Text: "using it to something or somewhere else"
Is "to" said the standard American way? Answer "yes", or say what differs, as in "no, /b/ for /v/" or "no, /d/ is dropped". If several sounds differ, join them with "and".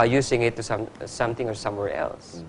no, /s/ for /t/